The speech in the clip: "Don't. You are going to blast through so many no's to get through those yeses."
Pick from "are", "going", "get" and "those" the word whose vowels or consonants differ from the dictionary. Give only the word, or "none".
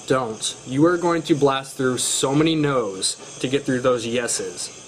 none